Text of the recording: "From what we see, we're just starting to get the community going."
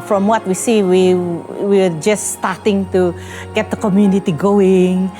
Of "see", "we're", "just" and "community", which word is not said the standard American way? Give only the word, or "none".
we're